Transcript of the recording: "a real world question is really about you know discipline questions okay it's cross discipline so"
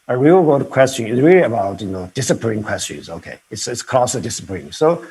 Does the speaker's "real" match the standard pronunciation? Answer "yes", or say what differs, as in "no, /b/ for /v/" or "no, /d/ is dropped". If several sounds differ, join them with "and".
no, /w/ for /ɹ/